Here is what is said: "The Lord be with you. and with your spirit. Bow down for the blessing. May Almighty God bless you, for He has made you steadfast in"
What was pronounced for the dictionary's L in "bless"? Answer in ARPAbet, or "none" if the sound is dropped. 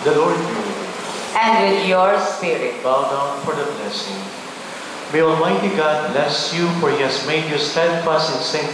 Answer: L